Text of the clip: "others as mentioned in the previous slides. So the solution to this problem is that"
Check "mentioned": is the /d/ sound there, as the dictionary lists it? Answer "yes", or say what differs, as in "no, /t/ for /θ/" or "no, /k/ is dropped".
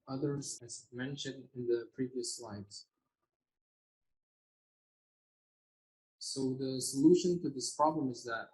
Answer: yes